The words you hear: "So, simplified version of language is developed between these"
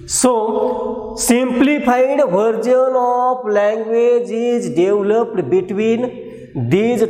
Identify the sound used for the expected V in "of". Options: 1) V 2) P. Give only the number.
2